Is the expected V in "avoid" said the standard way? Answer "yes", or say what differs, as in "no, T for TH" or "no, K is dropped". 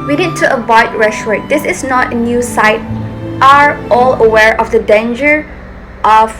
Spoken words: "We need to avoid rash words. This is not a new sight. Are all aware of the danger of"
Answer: no, B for V